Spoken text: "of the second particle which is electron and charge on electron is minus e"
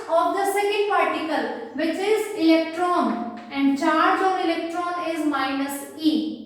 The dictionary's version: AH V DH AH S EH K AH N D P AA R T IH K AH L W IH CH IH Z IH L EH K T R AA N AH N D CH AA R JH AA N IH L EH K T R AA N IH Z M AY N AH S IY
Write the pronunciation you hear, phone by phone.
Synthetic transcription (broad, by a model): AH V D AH S EH K AH N D P AA R T IH K AH L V IH CH IH Z IH L EH K T R AA N AH N D CH AA R JH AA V IH L EH K T R AA N IH Z M AY N AH S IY